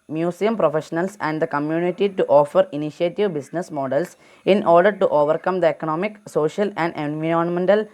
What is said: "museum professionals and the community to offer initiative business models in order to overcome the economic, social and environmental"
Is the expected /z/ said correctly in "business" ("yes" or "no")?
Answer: no